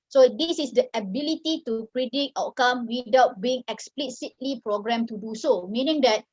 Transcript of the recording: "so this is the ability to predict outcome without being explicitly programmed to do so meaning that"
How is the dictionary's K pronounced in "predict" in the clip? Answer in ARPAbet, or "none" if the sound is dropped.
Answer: none